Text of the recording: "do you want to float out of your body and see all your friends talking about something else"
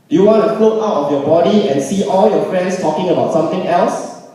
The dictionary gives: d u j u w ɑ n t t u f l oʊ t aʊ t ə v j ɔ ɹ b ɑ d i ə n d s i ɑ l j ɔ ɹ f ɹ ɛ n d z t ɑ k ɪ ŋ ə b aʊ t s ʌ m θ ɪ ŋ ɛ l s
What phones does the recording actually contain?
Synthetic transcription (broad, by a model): j u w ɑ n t t u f l oʊ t aʊ t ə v j ɔ b ɑ d i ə n s i ɑ l j ɔ f ɹ ɛ n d s t ɑ k ɪ ŋ ə b aʊ t s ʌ m t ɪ ŋ ɛ l s